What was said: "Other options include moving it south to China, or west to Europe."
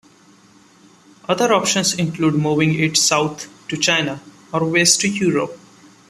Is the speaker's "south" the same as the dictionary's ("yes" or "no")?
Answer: no